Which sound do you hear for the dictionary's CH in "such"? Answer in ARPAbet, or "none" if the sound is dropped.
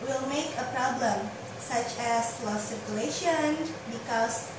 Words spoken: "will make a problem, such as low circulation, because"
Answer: CH